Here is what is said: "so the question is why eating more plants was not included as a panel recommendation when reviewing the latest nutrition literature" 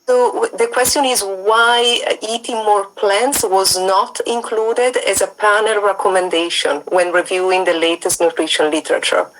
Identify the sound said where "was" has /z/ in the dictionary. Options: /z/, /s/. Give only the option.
/z/